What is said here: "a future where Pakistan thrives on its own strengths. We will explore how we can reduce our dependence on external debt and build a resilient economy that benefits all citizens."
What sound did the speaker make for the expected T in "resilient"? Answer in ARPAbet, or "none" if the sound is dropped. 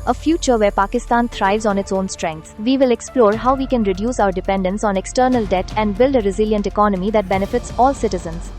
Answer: T